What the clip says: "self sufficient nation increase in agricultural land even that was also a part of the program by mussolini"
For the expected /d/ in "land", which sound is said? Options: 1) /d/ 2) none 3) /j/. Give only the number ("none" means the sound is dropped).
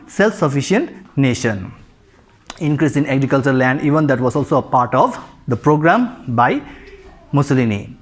1